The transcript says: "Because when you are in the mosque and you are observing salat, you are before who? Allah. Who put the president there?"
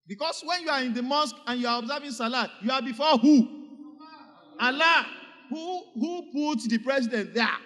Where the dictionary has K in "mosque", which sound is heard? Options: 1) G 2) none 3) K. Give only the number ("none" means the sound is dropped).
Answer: 3